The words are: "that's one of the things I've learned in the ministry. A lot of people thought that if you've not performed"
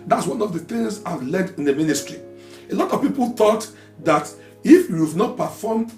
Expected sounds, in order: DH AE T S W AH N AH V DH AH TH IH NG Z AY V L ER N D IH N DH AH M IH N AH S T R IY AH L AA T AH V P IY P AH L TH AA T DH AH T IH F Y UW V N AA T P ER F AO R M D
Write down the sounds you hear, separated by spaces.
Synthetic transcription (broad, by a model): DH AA T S W AH N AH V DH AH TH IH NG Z AY V L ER D IH N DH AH M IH N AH S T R IY AH L AA T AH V P IY P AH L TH AA T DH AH T IH F Y UW V N AA T P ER F AO M